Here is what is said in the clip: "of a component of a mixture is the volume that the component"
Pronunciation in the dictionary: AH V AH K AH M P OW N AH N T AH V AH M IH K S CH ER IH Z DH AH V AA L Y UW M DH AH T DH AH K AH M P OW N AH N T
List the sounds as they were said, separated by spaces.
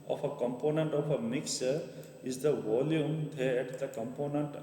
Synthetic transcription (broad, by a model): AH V AH K AH M P OW N AH N T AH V AH M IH K S ER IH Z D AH V AA L Y UW M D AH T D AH K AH M P OW N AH N T